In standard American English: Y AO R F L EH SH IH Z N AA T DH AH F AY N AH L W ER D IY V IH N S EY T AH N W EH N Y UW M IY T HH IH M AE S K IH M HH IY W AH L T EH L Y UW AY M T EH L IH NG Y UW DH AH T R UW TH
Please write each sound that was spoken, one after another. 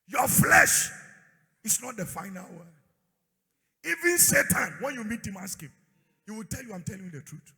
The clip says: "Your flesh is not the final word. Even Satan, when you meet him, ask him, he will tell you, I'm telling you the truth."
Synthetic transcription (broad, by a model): Y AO F L EH SH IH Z N AA T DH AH F AY N AH L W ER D IY V IH N S EY T AH N W EH N Y UW M IY T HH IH M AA S K IH M HH IY W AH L T EH L Y UW AY M T EH L IH NG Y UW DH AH T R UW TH